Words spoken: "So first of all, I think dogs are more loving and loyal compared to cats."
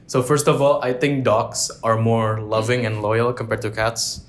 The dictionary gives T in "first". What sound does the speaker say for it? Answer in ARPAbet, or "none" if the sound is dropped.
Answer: T